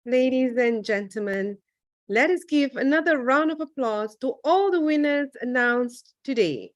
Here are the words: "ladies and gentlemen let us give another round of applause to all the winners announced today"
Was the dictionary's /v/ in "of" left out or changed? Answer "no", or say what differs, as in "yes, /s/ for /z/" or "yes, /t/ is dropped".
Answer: no